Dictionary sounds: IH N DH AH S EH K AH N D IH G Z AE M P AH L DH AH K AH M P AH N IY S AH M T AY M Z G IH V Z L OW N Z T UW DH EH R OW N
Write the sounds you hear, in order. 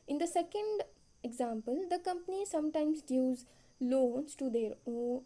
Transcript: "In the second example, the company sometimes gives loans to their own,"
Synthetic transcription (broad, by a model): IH N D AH S EH K AH N D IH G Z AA M P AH L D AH K AH M P AH N IY S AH M T AY M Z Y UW Z L OW N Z T UW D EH R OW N